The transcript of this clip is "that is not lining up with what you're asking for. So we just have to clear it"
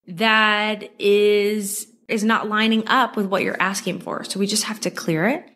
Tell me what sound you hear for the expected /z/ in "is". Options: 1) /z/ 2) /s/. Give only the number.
1